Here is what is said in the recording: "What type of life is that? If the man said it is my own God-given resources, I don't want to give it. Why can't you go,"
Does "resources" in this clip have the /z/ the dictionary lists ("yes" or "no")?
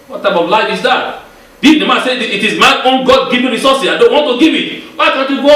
no